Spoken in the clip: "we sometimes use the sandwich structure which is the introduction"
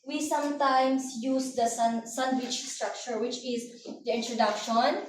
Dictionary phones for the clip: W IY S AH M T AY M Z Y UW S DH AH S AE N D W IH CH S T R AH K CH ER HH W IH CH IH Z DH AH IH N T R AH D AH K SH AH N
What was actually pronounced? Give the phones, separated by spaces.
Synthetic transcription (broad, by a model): W IY S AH M T AY M S Y UW S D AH S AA N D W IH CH S T R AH K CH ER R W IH CH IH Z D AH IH N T R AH D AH K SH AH N